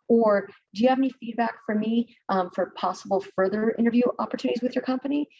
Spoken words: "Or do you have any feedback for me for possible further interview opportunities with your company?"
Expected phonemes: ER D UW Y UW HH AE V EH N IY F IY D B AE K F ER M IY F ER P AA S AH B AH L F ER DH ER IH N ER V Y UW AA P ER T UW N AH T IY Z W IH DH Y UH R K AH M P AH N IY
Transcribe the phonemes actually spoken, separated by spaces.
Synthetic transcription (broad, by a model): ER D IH Y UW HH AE V EH N IY F IY D B AE K F ER M IY F ER P AA S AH B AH L F ER DH ER IH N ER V Y UW AA P ER T UW N AH T IY Z W IH DH Y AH R K AH M P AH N IY